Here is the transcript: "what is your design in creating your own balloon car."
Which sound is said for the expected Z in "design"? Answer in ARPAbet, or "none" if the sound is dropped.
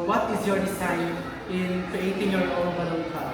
S